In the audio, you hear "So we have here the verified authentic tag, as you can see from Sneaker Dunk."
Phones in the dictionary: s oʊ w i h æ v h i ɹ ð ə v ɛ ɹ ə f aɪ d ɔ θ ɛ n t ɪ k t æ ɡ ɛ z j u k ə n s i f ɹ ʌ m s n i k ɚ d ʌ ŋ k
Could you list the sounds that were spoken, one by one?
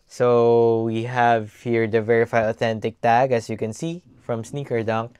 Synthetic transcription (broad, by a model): s oʊ w i h æ v h i ɹ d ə v ɛ ɹ ə f aɪ d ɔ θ ɛ n t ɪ k t æ ɡ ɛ s j u k ə n s i f ɹ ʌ m s n i k ɚ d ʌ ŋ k